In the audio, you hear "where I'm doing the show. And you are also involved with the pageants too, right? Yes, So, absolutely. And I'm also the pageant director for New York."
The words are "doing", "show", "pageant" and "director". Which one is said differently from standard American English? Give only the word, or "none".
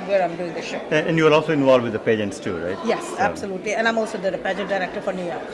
pageant